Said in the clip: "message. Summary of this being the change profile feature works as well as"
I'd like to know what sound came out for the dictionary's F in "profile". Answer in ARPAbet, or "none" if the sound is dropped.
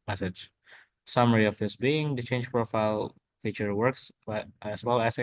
F